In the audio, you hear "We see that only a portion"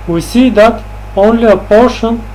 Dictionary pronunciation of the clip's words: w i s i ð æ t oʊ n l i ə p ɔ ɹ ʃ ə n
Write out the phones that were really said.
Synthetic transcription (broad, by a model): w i s i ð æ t oʊ n l i ə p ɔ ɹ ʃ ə n